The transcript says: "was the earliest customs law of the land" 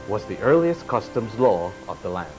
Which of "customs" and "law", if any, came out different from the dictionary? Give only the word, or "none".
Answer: none